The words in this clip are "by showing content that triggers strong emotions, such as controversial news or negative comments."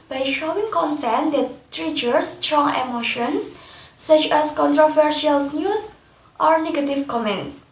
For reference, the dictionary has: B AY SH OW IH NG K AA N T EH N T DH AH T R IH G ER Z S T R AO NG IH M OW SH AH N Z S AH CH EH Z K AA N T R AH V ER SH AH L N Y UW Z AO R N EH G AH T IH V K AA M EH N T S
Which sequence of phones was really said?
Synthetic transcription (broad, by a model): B AY SH OW IH NG K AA N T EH N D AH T R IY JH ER S T R AO NG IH M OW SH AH N S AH CH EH S K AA N T R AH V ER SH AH L N Y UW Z AO R N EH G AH T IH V K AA M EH N T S